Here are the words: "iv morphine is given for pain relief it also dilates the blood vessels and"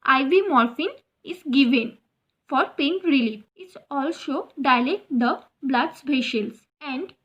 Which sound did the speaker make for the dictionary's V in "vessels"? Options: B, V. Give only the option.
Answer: B